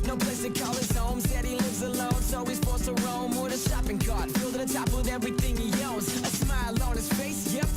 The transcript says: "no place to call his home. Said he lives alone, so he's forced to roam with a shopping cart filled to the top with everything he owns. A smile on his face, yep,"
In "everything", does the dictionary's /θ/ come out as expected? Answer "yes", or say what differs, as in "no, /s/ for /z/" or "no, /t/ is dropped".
yes